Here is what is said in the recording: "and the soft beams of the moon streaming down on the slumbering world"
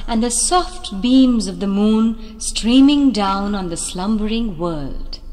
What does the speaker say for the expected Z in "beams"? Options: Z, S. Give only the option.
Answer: Z